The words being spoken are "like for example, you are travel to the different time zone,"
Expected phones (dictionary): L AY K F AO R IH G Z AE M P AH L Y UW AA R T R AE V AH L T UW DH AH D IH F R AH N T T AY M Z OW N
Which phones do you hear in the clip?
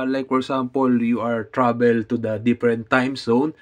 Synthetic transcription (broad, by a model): L AY K F AO R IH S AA M P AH L Y UW AA R T R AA B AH L T UW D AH D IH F R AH N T T AY M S OW N